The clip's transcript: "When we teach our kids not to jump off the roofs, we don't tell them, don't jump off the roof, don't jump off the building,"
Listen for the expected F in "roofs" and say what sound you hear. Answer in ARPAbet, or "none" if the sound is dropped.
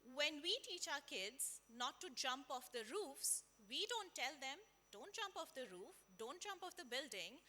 F